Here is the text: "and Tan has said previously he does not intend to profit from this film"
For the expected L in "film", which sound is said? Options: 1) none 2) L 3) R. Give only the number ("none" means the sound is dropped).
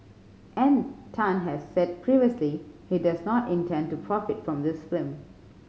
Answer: 1